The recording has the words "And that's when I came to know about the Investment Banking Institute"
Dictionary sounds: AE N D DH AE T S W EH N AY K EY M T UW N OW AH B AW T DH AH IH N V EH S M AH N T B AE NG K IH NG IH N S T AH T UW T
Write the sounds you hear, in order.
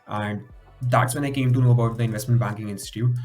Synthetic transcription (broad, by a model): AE N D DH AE T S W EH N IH K EY M T UW N OW AH B AW T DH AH IH N V EH S M AH N T B AE NG K IH NG IH N S T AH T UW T